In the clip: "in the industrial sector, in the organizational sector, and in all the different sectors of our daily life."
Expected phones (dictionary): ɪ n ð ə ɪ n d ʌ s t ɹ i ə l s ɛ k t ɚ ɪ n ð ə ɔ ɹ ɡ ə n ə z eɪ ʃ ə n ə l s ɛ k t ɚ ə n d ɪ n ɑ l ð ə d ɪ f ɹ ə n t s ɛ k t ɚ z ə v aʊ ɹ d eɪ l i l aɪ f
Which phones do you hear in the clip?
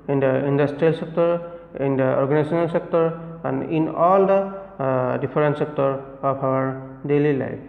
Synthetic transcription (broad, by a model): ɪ n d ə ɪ n d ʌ s t ɹ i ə l s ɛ k t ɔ ɪ n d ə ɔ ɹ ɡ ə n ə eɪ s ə n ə l s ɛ k t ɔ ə n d ɪ n ɑ l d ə d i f ɹ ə n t s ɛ k t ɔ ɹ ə p aʊ ɹ d eɪ l i l aɪ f